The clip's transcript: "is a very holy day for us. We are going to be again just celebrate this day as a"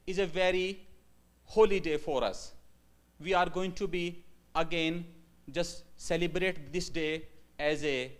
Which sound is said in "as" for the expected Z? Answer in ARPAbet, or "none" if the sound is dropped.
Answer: Z